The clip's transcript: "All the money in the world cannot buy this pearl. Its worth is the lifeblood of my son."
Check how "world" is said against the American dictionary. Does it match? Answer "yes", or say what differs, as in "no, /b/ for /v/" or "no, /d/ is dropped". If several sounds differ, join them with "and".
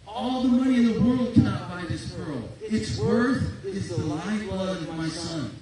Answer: yes